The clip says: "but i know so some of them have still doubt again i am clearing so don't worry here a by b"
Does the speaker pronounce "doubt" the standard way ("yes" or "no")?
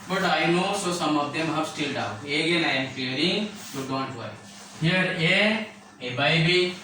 no